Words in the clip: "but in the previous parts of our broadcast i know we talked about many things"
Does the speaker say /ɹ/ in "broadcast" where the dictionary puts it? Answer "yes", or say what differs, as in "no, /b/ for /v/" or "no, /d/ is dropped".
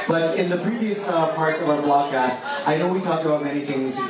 no, /l/ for /ɹ/